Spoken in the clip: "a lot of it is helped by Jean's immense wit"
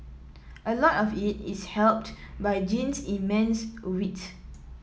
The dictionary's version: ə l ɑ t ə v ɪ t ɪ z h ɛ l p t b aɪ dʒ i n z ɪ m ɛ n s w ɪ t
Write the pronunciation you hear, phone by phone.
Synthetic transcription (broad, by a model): ə l ɑ t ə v ɪ t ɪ s h ɛ l p t b aɪ dʒ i n s ɪ m ɛ n s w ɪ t